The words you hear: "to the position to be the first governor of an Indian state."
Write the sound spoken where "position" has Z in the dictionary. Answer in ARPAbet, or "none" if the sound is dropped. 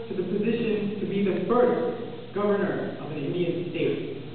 Z